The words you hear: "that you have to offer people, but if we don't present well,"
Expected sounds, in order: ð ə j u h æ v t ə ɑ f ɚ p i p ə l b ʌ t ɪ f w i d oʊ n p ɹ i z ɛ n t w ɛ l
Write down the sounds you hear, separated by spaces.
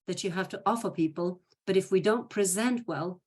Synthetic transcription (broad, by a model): ð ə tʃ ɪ h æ f t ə ɑ f ɚ p i p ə l b ʌ t ɪ f w i d oʊ n p ɹ i z ɛ n t w ɛ l